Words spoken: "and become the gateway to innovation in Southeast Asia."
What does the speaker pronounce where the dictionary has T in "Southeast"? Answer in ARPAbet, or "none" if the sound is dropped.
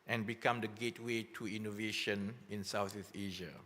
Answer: none